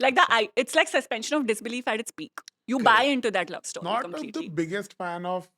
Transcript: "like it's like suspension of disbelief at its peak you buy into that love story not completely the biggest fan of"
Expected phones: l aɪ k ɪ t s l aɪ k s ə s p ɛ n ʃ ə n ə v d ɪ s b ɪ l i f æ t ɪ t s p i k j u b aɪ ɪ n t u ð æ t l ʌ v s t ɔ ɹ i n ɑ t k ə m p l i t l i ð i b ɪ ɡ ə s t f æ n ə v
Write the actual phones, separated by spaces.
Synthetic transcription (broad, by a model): l aɪ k ɪ t s l aɪ k s ə s p ɛ n ʃ ə n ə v d ɪ s b ɪ l i f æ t ɪ t s p i k j u b aɪ ɪ n t u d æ t l ʌ v s t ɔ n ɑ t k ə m l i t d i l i b ɪ ɡ ə s t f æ n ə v